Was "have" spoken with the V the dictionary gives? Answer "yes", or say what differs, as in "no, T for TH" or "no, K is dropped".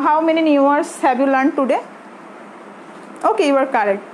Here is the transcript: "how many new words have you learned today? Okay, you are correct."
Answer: no, B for V